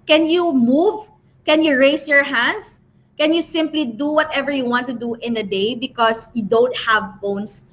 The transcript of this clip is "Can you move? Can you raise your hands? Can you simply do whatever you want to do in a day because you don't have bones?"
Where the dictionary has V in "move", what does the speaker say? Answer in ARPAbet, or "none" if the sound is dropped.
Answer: V